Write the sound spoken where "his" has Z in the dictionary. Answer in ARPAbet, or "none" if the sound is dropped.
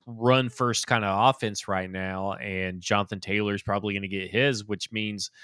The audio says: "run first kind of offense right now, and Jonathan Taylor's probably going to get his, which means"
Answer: Z